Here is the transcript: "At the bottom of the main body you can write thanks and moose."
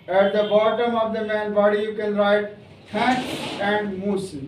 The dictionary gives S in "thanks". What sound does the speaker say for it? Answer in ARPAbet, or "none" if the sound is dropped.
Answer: none